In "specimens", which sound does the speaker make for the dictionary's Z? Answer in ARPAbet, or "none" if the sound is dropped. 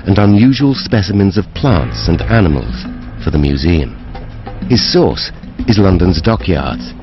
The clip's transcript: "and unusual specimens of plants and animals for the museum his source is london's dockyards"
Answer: Z